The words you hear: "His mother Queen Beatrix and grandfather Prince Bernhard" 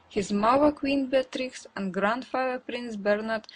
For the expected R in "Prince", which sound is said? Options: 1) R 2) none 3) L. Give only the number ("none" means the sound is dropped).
1